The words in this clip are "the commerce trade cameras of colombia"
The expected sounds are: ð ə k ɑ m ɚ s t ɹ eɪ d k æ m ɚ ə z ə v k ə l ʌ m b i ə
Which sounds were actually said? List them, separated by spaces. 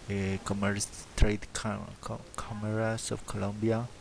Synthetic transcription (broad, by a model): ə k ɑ m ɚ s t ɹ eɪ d k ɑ m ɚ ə s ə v k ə l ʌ m b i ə